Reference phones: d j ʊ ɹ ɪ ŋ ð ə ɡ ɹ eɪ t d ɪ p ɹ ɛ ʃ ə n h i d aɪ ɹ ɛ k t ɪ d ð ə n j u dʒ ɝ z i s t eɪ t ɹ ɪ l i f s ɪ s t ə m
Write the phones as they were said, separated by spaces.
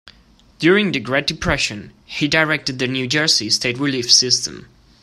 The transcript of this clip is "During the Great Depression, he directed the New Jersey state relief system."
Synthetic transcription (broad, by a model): d j ʊ ɹ ɪ ŋ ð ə ɡ ɹ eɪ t d ɪ p ɹ ɛ ʃ ə n h i d aɪ ɹ ɛ k t ɪ d ð ə n j u dʒ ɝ s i s t eɪ t ɹ ɪ l i f s ɪ s t ə m